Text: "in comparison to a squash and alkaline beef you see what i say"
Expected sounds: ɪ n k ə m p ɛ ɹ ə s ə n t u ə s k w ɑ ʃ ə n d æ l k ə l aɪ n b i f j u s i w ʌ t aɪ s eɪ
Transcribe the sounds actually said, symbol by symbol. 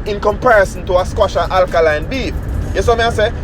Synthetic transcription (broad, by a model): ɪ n k ə m p ɛ ɹ ə s ə n t u ə s k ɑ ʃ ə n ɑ l k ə l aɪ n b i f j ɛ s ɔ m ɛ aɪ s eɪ